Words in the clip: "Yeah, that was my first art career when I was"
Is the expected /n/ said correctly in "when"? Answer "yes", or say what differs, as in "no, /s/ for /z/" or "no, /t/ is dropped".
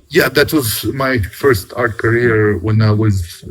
yes